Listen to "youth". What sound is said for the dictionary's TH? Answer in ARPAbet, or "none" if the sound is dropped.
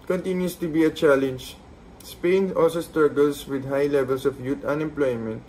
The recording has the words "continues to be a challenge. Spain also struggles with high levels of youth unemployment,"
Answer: T